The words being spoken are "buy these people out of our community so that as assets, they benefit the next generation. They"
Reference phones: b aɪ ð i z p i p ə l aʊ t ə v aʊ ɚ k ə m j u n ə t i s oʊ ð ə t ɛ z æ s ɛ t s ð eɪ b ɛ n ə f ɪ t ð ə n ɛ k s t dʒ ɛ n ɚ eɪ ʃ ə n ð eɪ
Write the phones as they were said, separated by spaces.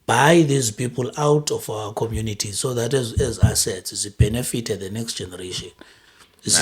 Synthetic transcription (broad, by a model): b aɪ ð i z p i p ə l aʊ t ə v aʊ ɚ k ə m j u n ə t i s oʊ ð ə t ɛ z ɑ s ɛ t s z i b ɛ n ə f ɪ t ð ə n ɛ k s t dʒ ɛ n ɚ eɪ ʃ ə n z